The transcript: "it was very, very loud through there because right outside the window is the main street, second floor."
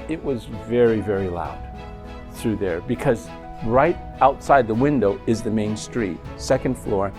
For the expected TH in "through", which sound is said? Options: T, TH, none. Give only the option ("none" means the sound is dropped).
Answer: TH